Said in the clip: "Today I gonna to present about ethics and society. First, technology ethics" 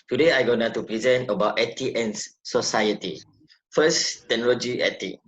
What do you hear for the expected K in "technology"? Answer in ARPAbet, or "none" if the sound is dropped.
none